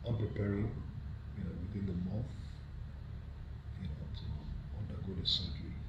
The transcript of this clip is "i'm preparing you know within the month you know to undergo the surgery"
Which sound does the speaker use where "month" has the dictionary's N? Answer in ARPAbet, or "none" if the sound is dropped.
none